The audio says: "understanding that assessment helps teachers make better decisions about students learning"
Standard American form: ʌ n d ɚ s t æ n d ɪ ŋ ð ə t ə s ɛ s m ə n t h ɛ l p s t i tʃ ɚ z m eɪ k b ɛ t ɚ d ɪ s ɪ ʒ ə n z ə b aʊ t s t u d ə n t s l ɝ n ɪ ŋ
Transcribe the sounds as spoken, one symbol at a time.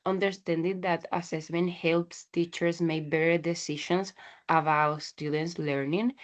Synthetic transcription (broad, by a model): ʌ n d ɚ s t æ n d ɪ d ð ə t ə s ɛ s m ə n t h ɛ l p s t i tʃ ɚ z m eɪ b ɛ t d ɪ s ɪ ʃ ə n s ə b aʊ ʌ s t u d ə n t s l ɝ n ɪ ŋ